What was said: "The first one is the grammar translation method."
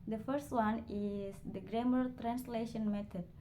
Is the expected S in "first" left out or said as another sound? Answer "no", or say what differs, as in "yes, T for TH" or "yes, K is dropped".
no